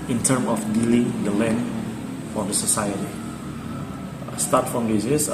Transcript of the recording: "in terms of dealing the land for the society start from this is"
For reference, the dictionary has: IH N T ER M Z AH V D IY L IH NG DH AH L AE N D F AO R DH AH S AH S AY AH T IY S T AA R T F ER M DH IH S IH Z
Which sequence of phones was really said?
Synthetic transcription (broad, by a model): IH N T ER M AH F D IY L IH NG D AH L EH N F AO R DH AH S AH S AY AH T IY S T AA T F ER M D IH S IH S